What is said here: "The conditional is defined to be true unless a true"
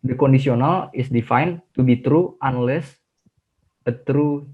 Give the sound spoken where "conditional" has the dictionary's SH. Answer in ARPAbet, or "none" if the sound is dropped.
S